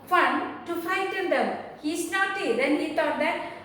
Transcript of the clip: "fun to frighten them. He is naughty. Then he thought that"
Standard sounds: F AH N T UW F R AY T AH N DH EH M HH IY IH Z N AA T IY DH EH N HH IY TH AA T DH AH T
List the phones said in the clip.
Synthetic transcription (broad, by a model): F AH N T UW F AY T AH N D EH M HH IY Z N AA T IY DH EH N HH IY T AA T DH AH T